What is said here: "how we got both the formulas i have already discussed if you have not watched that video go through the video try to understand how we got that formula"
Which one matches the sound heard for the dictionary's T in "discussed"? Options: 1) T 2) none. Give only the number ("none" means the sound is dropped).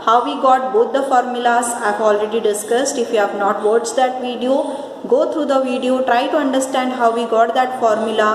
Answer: 1